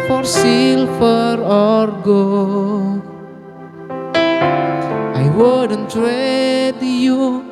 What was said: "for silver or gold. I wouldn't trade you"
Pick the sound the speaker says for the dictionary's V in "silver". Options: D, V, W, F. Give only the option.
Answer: F